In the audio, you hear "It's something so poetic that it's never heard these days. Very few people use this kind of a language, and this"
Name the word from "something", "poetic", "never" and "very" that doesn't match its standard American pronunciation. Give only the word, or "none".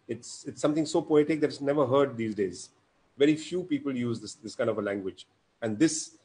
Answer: something